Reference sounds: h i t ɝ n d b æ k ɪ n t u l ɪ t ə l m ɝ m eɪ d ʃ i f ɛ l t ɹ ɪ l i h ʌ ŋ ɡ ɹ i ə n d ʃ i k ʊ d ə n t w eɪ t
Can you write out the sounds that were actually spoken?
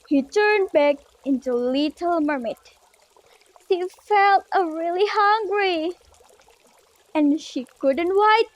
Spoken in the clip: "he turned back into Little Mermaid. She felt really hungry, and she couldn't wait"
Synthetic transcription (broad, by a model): h i t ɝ n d b æ k ɪ n t u l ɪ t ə l m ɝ m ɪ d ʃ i f ɛ l t ɹ ɪ l i h ʌ ŋ ɡ ɹ i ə n ʃ i k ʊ d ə n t w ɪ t